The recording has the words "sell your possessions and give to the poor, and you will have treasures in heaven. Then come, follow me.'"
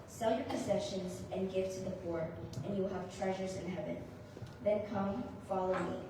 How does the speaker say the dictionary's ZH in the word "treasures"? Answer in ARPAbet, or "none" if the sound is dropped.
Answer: ZH